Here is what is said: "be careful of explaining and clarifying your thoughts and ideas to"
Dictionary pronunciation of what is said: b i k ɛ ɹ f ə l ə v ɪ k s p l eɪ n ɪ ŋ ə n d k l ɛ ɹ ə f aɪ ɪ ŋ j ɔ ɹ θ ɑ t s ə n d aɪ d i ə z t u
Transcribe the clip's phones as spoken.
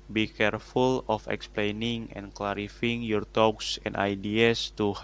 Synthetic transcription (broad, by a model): b i k ɛ ɹ f ə l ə f ɪ k s p l eɪ n ɪ ŋ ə n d k l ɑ ɹ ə f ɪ ŋ j ɔ ɹ t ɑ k s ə n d aɪ d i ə s t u